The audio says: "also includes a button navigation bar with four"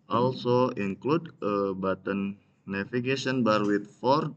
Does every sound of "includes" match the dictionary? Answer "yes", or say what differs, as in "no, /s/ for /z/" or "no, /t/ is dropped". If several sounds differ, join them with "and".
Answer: no, /z/ is dropped